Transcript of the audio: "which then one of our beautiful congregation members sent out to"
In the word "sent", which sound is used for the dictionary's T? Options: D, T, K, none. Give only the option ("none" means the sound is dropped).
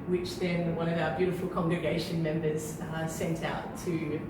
T